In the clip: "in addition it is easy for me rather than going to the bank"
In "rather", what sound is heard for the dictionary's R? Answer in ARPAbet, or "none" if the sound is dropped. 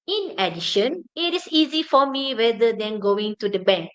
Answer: W